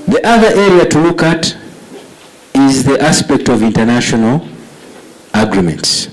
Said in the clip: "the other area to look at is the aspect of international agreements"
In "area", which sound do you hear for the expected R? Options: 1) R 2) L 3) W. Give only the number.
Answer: 1